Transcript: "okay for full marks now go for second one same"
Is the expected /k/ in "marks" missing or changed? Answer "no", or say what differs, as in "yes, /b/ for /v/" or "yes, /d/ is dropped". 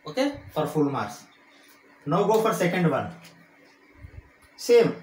yes, /k/ is dropped